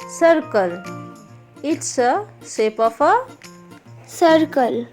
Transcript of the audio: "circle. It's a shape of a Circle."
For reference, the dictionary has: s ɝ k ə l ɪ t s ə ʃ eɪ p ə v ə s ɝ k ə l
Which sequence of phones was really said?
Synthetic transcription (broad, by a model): s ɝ k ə l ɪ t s ə s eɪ p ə f ə s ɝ k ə l